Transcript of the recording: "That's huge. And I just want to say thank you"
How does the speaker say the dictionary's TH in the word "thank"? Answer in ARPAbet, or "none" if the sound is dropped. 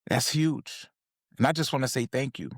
TH